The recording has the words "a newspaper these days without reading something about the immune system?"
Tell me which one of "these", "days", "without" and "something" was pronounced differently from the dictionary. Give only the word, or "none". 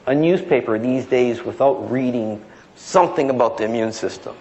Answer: none